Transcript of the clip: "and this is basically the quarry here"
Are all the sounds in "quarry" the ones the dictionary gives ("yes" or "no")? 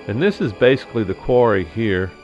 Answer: yes